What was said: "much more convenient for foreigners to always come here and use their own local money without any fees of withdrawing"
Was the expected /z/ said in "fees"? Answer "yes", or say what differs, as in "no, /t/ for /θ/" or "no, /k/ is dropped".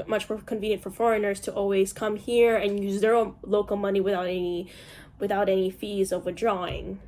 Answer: yes